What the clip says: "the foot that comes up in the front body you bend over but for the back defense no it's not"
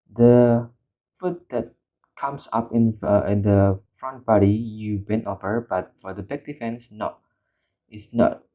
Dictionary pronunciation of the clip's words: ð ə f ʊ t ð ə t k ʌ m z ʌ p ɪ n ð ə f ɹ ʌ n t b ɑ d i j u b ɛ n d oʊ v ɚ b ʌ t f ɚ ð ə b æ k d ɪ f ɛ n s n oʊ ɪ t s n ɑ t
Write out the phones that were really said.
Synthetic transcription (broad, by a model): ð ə f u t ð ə t k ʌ m s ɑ p ɪ n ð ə f ɹ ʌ n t b ɑ d i j u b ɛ n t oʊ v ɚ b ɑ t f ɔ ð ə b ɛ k d ɪ f ɛ n s n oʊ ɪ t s n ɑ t